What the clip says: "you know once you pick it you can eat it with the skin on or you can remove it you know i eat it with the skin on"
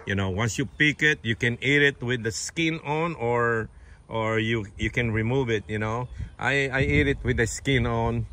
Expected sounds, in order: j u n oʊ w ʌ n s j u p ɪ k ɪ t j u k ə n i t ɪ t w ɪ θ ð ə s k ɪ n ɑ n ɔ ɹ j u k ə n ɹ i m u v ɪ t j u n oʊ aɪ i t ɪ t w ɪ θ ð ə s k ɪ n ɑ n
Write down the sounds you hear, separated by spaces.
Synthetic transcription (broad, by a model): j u n oʊ w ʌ n s j u p ɪ k ɪ t j u k ə n i t ɪ t w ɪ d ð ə s k ɪ n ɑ n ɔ ɹ j u k ə n ɹ i m u v ɪ t j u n oʊ aɪ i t ɪ t w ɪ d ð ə s k ɪ n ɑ n